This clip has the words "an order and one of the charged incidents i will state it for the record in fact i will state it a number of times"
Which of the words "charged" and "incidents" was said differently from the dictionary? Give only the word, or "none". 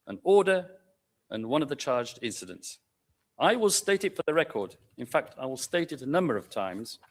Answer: none